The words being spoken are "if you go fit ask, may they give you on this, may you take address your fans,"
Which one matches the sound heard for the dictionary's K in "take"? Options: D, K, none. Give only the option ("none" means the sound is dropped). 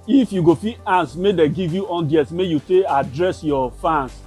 none